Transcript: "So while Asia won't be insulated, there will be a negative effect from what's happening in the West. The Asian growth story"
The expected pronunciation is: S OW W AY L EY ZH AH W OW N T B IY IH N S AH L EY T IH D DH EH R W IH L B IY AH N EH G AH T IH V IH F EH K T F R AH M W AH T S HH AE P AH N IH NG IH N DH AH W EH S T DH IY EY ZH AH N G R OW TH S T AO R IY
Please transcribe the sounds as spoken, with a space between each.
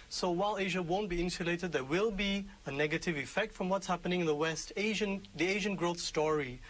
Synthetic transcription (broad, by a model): S OW W AY L EY ZH AH W OW N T B IY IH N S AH L EY T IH D DH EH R W IH L B IY AH N EH G AH T IH V IH F EH K T F R AH M W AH T S HH AE P AH N IH NG IH N DH AH W EH S T DH IY EY ZH AH N G R OW TH S T AO R IY